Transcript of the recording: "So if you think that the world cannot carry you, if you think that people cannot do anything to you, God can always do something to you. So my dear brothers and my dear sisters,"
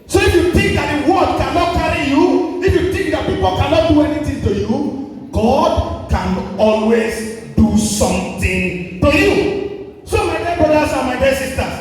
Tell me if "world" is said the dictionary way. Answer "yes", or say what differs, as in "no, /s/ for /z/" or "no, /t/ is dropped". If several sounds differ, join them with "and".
no, /l/ is dropped